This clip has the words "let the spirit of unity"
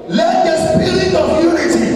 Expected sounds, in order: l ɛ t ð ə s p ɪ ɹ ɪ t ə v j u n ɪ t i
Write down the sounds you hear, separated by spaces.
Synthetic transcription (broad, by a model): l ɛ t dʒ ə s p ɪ l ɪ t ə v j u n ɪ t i